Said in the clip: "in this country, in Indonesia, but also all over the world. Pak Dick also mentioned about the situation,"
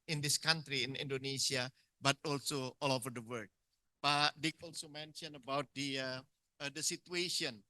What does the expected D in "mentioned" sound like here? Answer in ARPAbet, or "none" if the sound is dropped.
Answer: none